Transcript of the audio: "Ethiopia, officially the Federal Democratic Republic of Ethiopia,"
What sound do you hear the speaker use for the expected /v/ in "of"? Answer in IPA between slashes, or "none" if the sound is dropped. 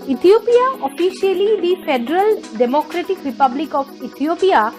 /b/